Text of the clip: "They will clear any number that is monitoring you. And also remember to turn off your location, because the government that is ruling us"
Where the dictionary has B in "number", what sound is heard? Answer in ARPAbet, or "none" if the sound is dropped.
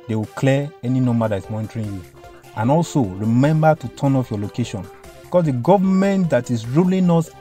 none